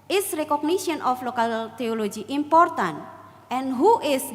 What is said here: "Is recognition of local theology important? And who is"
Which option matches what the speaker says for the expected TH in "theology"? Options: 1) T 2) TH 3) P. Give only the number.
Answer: 1